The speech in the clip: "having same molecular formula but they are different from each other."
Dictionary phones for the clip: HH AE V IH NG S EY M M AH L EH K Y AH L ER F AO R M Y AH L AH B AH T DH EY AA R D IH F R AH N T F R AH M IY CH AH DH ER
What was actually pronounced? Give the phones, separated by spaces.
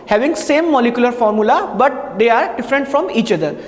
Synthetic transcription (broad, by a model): HH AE V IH NG S EY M M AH L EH K Y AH L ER F AO R M Y AH L AH B AH T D EY AA R D IH F R AH N T F R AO M IY CH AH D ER